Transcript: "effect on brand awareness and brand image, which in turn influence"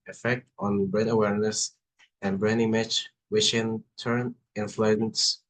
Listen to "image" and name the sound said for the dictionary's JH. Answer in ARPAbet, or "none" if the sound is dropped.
CH